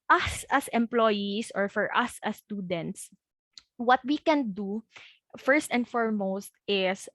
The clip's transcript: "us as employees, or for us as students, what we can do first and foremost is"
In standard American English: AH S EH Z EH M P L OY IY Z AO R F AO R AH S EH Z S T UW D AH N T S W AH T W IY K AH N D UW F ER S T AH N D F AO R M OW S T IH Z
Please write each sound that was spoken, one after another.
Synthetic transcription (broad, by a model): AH S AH S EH M P L OY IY S AO R F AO R AH S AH S T UW D AH N T S W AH T W IY K AH N D UW F ER S T AH N D F AO R M OW S T IH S